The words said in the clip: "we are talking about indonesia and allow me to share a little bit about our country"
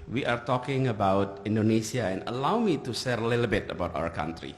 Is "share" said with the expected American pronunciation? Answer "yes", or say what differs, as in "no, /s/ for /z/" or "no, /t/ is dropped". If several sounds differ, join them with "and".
no, /s/ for /ʃ/